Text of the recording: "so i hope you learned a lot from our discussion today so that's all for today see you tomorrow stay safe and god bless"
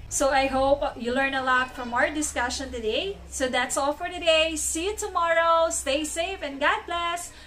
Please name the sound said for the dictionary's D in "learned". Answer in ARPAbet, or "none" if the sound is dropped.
none